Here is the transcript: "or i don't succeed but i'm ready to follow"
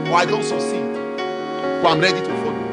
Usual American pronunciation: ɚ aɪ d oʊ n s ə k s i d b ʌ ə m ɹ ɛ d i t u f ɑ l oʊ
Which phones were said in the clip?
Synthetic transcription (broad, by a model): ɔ aɪ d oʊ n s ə s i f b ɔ ə m ɹ ɛ d i t u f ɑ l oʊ